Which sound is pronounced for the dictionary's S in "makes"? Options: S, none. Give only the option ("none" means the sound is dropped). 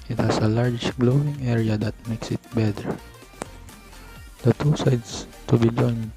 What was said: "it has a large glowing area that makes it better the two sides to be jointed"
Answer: S